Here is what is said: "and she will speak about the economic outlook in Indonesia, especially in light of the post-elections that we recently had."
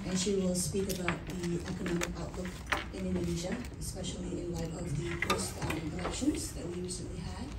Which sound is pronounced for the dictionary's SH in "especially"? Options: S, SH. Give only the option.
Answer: SH